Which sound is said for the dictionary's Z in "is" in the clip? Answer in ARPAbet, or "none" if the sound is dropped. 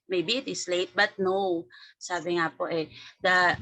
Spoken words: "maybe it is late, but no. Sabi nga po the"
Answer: S